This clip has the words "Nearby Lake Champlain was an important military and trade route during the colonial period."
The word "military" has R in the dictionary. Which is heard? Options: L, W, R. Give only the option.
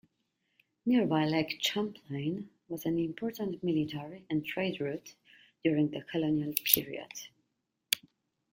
R